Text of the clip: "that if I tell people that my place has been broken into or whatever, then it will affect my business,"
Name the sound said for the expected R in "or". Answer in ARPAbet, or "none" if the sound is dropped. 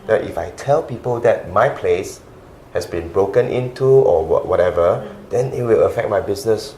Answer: W